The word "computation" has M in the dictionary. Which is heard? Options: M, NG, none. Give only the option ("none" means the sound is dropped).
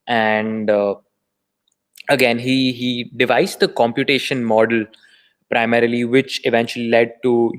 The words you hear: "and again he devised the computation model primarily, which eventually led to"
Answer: M